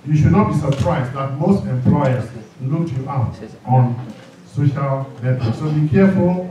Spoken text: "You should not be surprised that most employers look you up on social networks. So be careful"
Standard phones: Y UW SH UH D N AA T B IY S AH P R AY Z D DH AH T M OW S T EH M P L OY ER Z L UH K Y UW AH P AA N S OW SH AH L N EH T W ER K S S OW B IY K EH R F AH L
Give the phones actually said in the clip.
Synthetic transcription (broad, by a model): Y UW SH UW D N AA T B IY S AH P R AY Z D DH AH T M OW S T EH M P L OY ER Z L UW K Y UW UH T AA N S OW SH AH L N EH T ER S S OW B IY K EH F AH L